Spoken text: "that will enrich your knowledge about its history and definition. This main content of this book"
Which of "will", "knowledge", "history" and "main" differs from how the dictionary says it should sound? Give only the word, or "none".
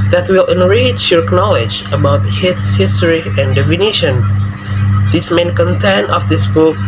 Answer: none